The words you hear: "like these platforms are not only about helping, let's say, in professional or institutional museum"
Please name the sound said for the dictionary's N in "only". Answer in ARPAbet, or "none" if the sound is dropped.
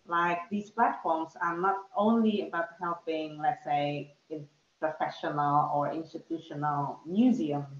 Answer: N